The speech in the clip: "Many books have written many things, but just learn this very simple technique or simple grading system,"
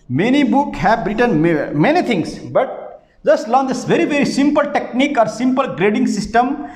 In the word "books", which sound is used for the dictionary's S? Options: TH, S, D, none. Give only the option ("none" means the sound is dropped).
none